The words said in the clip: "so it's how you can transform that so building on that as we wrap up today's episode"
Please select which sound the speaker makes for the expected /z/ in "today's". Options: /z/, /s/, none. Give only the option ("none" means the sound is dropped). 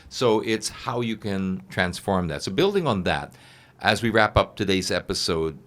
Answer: /z/